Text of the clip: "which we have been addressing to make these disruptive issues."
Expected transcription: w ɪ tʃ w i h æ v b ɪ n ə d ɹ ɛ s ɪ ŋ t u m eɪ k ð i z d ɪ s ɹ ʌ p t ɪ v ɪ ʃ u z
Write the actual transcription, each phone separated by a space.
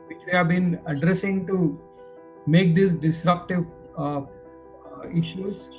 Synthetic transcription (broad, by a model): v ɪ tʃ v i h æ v b ɪ n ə d ɹ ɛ s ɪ ŋ t u m eɪ k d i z d ɪ s ɹ ʌ p t ɪ v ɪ ʃ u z